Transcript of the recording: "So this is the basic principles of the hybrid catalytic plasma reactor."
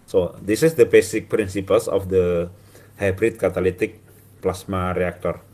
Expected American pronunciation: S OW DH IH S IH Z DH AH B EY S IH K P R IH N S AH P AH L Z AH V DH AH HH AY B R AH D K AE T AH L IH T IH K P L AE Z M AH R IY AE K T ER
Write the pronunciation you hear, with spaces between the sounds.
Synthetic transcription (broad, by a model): S OW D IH S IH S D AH B EY S IH K P R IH N S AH P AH L S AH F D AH HH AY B R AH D K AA T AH L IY T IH K P L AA S M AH R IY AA K T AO